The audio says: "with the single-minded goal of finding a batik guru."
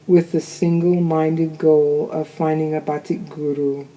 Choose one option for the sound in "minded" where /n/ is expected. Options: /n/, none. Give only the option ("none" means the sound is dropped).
/n/